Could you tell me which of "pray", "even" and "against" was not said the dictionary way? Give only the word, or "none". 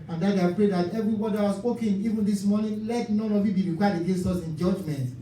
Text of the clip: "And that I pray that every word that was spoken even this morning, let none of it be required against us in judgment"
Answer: none